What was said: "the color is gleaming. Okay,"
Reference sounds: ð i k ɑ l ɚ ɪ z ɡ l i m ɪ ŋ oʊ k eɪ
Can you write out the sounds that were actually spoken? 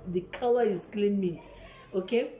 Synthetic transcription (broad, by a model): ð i k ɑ w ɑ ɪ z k l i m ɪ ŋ oʊ k eɪ